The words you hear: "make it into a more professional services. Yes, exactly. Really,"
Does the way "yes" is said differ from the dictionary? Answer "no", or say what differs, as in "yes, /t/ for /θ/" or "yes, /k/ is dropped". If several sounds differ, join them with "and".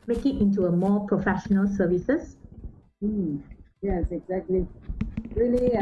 no